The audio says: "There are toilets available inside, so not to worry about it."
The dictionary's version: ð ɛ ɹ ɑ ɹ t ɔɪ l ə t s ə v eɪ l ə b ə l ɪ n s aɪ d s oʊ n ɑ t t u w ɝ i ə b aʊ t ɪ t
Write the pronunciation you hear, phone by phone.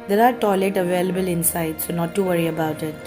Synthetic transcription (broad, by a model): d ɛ ɹ ɑ ɹ t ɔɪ l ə t ə v eɪ l ə b ə l ɪ n s aɪ d s oʊ n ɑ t t u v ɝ i ə b aʊ t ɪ t